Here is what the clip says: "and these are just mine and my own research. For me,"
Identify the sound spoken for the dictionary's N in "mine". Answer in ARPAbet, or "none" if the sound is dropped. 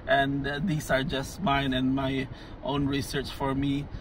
N